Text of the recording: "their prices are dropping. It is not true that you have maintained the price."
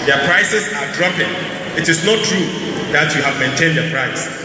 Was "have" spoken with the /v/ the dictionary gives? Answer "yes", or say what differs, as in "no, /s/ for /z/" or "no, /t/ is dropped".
yes